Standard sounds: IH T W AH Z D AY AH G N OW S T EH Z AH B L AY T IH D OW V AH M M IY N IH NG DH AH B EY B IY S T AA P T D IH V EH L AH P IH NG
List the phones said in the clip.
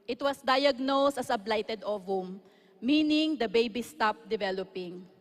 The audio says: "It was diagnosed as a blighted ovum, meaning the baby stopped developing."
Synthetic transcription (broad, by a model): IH T W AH S D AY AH G N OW S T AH S AH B L AY T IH D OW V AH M M IY N IH NG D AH B EY B IY S T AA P D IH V EH L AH P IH NG